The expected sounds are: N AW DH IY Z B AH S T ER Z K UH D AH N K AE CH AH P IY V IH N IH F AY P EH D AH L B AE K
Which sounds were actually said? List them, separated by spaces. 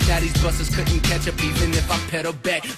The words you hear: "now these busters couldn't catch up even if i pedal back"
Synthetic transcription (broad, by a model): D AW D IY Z B AH S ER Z K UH D N K AE CH AH P IY V IH N IH F AY P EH D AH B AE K